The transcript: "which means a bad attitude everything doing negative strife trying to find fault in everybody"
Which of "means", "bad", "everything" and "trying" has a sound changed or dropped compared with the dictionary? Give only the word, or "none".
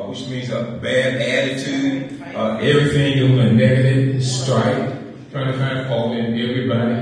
none